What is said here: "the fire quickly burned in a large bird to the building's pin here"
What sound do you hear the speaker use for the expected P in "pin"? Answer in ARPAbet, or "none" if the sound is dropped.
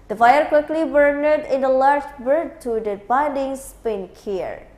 P